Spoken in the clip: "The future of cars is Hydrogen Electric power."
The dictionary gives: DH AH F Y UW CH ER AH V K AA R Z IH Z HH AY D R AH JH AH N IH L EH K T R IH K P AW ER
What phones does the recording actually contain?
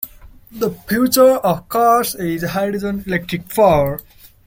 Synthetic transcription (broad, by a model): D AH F Y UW CH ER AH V K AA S IH Z HH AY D AH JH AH N IH L EH K T R IH K F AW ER